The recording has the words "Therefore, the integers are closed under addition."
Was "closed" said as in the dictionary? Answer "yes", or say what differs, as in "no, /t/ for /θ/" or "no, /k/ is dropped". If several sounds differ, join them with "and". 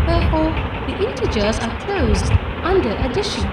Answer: yes